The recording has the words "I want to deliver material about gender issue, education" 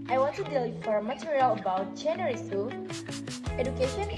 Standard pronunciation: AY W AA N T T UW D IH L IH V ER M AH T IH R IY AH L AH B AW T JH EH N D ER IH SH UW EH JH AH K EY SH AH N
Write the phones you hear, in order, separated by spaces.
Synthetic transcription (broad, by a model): AY W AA N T T UW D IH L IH F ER M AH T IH R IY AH L AH B AW T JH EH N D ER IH S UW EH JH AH K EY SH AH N